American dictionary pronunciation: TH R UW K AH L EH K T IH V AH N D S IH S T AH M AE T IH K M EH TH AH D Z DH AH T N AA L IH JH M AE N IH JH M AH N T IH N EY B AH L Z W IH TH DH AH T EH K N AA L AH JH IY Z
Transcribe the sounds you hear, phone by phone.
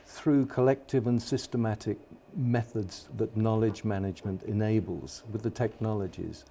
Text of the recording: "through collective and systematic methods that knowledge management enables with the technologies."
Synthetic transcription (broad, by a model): TH R UW K AH L EH K T IH V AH N S IH S T AH M AE T IH K M EH TH AH D Z DH AH T N AA L IH JH M AE N IH JH M AH N T IH N EY B AH L Z W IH DH AH T EH K N AA L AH JH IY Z